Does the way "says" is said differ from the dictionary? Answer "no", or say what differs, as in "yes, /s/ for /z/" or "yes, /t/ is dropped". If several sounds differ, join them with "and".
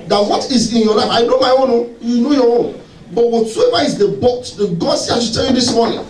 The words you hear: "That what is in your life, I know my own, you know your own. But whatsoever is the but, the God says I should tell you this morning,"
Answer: yes, /z/ is dropped